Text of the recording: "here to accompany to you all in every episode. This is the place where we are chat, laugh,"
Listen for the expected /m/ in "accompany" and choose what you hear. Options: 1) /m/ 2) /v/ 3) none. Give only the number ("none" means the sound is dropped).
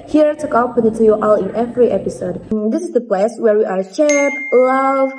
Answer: 3